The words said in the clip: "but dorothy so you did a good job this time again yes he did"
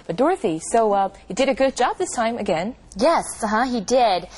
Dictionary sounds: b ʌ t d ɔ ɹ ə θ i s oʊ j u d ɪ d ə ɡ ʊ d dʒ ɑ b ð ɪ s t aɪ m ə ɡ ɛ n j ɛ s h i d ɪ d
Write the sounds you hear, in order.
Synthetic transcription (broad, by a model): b ʌ t d ɔ ɹ ə θ i s oʊ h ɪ d ɪ d ə ɡ ʊ d dʒ ɑ b ð ɪ s t aɪ m ə ɡ ɛ n j ɛ s h i d ɪ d